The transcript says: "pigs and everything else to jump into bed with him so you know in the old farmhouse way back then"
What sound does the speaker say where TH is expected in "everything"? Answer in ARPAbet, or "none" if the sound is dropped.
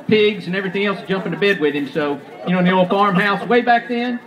TH